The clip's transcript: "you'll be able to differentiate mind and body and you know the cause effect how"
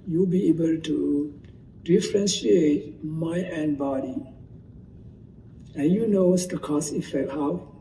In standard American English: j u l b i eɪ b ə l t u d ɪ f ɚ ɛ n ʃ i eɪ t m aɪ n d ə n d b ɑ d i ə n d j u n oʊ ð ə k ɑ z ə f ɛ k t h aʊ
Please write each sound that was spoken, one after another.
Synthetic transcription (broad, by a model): j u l b i eɪ b ə l t u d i f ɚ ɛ n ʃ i eɪ t m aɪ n ə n b ɑ d i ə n j u n oʊ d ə k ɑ s ə f ɛ k t h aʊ